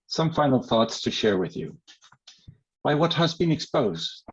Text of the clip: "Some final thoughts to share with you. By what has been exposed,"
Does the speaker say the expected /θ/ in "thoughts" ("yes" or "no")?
yes